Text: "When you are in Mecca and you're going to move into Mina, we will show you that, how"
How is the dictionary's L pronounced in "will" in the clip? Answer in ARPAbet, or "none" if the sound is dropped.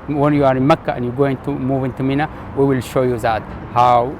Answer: L